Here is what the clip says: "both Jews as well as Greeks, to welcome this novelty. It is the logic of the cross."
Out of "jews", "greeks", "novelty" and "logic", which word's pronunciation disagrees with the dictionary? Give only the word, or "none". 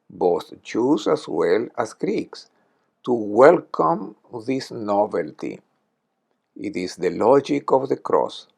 jews